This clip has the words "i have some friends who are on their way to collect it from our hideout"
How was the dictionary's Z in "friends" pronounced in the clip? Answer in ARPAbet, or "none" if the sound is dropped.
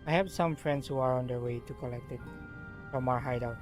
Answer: S